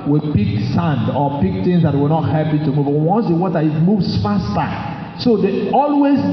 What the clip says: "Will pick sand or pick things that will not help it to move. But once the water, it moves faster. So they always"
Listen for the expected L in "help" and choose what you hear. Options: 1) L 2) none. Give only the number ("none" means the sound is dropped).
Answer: 2